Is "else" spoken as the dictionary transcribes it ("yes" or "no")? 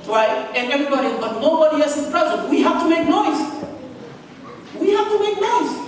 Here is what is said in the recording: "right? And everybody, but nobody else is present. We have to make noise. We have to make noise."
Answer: no